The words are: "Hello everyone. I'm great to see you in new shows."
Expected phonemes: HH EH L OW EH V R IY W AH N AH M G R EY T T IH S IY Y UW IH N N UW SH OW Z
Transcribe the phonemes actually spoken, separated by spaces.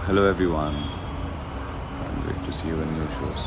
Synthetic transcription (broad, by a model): HH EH L OW EH V R IY W AH N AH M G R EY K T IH S IY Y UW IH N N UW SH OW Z